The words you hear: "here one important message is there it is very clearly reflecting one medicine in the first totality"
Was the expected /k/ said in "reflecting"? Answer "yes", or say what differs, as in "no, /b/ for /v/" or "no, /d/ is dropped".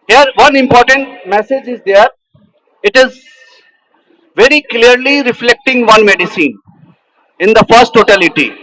yes